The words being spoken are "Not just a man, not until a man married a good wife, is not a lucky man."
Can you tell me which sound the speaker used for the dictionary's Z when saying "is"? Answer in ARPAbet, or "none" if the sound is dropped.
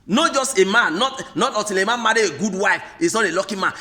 S